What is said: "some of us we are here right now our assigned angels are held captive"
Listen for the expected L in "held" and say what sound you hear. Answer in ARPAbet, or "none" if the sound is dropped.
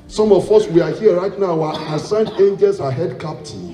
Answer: none